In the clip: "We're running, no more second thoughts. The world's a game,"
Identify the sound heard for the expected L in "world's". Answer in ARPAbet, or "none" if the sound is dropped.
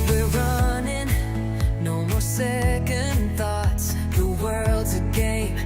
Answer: L